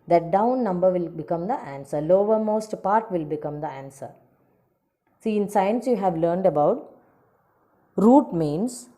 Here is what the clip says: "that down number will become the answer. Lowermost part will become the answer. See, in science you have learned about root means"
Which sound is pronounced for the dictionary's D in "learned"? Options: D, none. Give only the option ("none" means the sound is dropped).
D